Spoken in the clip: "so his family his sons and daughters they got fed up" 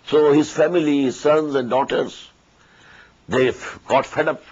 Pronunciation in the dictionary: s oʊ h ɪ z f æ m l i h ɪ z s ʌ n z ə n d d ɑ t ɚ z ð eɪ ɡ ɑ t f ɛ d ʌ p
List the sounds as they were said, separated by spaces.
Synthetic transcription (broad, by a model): s oʊ h ɪ z f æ m i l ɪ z s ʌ n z ə n d d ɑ t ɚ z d eɪ ɡ ɑ t f ɛ d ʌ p